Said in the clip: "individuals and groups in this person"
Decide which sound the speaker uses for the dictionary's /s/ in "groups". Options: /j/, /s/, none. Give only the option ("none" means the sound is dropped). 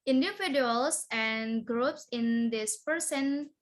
/s/